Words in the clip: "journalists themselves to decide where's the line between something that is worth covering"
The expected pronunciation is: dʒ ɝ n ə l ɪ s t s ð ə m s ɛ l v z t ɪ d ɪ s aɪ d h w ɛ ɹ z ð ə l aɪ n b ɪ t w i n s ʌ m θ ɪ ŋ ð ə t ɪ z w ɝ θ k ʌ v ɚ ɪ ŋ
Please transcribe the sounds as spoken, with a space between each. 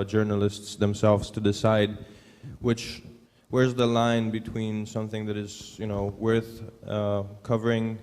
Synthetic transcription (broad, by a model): dʒ ɝ n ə l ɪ s t s ð ə m s ɛ l v z t ɪ d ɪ s aɪ d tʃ w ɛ ɹ z ð ə l aɪ n b ɪ t w i n s ʌ m θ ɪ ŋ ð ə t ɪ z w ɝ θ k ʌ v ɚ ɪ ŋ